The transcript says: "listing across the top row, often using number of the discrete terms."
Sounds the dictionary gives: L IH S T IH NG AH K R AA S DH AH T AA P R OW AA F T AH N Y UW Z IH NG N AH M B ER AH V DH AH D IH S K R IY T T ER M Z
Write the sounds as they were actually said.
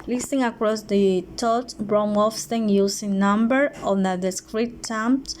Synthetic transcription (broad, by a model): L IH S T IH NG AH K R AA S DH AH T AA B R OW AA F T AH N Y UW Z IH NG N AH M B ER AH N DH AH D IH S K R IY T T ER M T